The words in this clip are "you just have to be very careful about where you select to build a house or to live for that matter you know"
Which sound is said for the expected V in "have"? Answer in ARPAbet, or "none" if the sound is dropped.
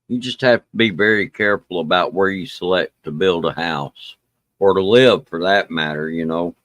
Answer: F